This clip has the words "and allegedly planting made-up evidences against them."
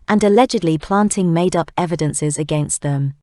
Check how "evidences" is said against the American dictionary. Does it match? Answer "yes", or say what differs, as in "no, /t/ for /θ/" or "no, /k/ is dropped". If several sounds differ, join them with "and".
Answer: yes